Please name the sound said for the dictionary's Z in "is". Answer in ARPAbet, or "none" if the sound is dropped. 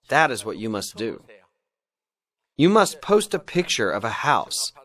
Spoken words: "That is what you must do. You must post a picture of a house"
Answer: Z